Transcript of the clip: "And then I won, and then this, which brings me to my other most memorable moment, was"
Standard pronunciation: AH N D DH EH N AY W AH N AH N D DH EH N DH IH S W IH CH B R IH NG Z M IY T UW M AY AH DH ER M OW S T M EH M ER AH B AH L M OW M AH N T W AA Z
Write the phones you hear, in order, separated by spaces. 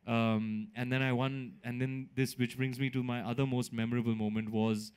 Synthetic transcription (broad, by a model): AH N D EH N AY W AH N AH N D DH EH N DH IH S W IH CH B R IH NG Z M IY T UW M AY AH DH ER M OW S T M EH M ER AH B AH L M OW M AH N T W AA Z